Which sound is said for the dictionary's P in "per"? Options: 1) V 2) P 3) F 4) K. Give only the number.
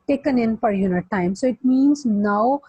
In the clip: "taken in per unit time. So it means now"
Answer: 3